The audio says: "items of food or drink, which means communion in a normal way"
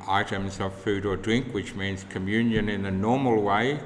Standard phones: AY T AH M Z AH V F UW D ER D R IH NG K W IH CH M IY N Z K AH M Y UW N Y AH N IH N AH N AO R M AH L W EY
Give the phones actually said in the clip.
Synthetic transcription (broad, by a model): AY T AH M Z AH V F UW D ER D R IH NG K W IH CH M IY N Z K AH M Y UW N Y AH N IH N AH N AO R M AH L W EY